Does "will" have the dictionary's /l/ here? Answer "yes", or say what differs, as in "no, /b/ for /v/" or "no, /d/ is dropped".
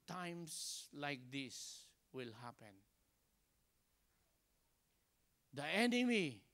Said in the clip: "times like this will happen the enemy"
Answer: yes